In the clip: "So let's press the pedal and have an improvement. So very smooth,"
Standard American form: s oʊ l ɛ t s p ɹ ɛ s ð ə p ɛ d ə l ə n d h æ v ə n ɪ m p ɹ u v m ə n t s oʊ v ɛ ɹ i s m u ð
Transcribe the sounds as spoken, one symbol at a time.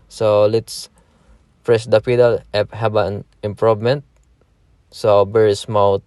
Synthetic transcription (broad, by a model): s oʊ l ɛ t s p ɹ ɛ s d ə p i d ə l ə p h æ b ə n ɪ m p ɹ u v m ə n t s oʊ b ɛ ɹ s m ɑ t